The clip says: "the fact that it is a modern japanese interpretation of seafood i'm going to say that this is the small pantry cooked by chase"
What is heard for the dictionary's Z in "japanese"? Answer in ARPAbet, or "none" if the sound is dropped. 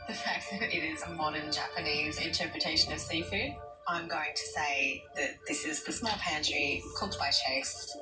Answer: Z